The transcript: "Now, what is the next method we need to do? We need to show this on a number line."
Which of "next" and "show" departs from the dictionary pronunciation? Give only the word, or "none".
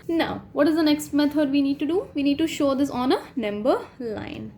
none